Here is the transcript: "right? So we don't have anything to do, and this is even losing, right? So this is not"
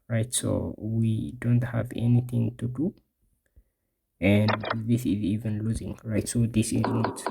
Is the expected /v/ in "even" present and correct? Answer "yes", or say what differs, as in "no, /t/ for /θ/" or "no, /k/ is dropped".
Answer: yes